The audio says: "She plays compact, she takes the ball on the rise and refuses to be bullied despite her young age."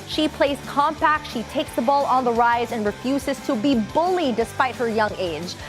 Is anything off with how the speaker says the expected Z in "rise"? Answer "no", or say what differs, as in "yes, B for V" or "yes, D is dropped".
no